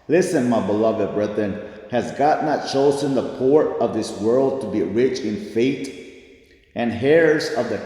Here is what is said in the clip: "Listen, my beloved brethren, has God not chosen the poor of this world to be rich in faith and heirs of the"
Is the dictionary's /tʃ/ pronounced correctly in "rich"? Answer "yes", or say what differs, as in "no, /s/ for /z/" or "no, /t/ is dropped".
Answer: yes